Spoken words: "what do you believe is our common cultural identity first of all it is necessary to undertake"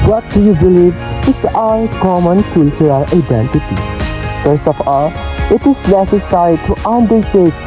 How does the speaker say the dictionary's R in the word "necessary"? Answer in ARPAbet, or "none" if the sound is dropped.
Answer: none